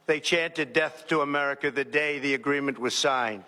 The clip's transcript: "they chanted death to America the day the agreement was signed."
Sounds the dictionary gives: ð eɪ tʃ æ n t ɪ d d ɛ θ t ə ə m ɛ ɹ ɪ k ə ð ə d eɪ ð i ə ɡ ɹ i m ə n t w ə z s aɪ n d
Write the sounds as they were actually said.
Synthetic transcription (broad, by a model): ð eɪ tʃ æ n t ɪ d d ɛ θ t ə ə m ɛ ɹ ɪ k ə ð ə d eɪ ð i ə ɡ ɹ i m ə n t w ə z s aɪ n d